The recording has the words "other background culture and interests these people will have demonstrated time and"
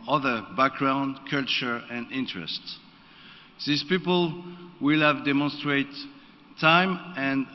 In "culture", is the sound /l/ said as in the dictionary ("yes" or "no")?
yes